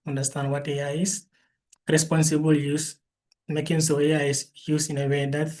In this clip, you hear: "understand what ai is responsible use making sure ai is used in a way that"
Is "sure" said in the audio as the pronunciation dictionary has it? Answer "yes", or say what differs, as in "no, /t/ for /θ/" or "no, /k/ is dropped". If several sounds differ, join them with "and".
no, /s/ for /ʃ/